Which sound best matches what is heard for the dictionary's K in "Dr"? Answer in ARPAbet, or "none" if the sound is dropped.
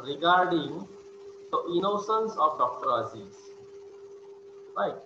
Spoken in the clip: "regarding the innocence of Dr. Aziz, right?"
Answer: K